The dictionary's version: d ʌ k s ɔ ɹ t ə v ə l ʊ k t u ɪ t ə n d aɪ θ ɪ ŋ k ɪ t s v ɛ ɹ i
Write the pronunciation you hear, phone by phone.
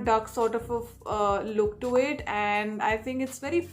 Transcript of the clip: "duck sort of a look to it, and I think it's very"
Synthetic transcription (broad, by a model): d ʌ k s ɔ ɹ t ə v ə l ʊ k t u ɪ t ə n d aɪ t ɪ ŋ k ɪ t s v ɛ ɹ i